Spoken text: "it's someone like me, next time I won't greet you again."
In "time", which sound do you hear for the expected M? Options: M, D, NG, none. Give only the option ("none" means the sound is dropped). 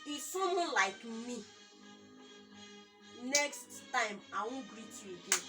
M